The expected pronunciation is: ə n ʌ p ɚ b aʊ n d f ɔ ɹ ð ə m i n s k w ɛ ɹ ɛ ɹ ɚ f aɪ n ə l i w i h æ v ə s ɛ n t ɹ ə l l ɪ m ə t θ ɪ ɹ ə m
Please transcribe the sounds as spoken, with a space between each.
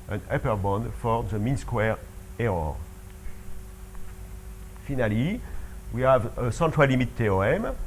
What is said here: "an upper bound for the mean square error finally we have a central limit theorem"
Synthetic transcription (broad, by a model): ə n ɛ p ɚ b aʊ n d f ɔ ɹ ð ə m i n s k w ɛ ɹ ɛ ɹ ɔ f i n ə l i w i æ v ə s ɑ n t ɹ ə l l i m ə t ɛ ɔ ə m